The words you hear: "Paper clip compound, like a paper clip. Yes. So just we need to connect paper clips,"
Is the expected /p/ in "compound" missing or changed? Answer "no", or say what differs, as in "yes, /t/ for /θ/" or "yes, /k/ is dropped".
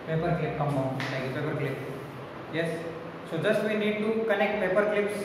yes, /p/ is dropped